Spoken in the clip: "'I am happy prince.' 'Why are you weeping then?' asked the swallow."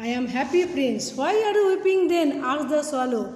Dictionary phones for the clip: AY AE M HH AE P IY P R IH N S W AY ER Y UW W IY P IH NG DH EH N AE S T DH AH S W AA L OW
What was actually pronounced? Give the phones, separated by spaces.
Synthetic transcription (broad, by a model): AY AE M HH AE P IY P R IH N S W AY ER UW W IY P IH NG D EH N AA T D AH S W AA L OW